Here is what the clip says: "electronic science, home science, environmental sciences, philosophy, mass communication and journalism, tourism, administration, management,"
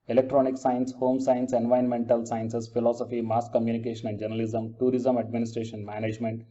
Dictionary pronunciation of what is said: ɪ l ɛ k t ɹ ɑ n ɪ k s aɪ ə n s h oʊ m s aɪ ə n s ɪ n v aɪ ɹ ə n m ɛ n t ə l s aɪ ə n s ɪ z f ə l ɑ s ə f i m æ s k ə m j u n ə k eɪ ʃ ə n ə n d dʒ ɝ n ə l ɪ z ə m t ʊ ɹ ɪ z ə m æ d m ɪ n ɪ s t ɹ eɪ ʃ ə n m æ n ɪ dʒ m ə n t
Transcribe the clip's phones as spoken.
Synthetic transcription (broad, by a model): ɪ l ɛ k t ɹ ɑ n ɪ k s aɪ ə n s h oʊ m s aɪ ə n s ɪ n v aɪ ə n m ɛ n t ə l s aɪ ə n s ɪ s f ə l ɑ s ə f i m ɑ s k ə m j u n ə k eɪ ʃ ə n ə n d dʒ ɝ n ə l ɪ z ə m t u ɹ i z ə m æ d m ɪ n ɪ s t ɹ eɪ ʃ ə n m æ n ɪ dʒ m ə n t